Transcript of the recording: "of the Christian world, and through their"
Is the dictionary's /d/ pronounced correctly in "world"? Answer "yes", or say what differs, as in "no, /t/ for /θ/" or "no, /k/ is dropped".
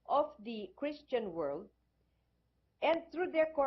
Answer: yes